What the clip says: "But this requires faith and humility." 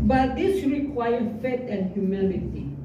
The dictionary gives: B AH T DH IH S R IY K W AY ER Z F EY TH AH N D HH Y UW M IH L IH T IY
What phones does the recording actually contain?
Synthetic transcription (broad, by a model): B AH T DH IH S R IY K W AY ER F EY T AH N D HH Y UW M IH L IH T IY